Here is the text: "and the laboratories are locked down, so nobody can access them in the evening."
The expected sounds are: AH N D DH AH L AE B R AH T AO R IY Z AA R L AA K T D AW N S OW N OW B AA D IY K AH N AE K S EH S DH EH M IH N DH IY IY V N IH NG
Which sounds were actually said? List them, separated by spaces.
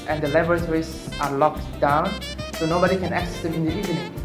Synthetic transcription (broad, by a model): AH N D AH L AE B R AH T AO R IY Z AA R L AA K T D AW N S OW N OW B AA D IY K AH N AE K S EH S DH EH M IH N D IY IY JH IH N